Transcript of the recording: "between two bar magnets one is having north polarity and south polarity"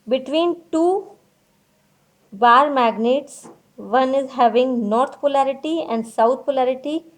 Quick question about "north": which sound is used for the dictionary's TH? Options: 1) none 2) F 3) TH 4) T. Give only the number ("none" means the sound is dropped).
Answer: 4